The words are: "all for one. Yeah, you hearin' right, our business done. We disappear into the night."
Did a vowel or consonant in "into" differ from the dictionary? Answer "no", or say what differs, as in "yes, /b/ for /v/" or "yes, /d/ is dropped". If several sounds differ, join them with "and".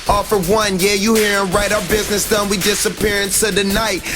yes, /s/ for /t/